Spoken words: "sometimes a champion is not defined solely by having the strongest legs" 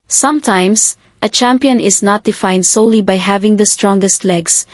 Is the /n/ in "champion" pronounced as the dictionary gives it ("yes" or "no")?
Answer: yes